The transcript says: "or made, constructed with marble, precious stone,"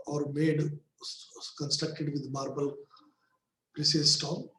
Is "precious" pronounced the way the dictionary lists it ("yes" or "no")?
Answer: no